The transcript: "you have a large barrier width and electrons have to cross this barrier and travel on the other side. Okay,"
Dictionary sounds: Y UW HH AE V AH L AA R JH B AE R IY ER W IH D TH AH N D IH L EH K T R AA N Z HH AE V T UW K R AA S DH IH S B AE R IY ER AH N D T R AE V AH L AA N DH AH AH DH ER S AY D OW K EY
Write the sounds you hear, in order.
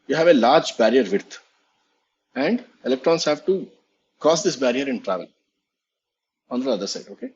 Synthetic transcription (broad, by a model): Y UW HH AE V AH L AA R JH B AE R IY ER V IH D T AH N D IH L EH K T R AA N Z HH AE V T UW K AA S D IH S B AE R IY ER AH N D T R AE V AH L AA N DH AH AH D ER S AY D OW K EY